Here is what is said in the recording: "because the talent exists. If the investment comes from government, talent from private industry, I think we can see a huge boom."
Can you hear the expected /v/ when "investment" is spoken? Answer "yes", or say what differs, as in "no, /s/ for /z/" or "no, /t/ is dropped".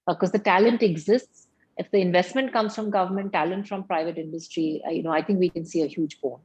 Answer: yes